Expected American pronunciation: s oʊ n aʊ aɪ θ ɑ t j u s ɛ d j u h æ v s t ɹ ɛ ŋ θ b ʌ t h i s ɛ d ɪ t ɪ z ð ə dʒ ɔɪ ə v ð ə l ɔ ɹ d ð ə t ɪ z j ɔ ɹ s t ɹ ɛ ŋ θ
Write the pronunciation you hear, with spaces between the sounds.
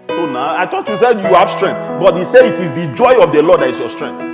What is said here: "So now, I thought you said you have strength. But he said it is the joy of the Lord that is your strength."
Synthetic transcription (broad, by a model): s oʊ n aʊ aɪ t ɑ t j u s ɛ d j u h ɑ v s t ɹ ɛ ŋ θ b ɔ t h i s ɛ d ɪ t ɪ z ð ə dʒ ɔɪ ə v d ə l ɔ d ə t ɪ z j ɔ s t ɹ ɛ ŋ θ